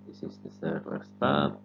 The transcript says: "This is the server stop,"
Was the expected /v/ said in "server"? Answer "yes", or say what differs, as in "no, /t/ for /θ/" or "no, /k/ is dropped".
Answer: no, /w/ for /v/